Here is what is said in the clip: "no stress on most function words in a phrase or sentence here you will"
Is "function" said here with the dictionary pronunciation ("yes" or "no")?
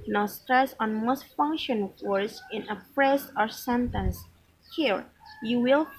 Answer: yes